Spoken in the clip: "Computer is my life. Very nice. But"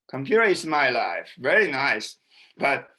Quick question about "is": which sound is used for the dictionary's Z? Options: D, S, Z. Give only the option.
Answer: S